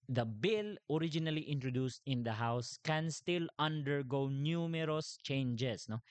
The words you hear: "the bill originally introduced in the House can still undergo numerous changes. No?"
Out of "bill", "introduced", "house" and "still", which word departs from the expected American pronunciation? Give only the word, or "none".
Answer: none